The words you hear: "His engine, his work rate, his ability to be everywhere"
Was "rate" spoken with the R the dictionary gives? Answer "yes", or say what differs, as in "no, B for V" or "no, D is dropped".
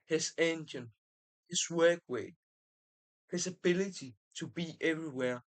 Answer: no, W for R